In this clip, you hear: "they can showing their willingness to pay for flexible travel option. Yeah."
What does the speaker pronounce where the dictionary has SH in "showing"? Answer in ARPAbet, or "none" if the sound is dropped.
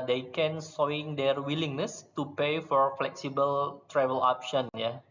S